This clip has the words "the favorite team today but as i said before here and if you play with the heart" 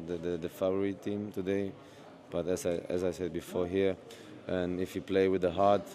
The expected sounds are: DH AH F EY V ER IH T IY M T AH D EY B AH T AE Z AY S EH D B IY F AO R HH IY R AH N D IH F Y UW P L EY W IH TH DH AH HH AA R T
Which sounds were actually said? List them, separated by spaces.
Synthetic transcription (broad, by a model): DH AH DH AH F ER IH T IY M T AH D EY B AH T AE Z AY S EH D B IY F AO R HH IY R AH N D IH F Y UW P L EY W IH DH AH HH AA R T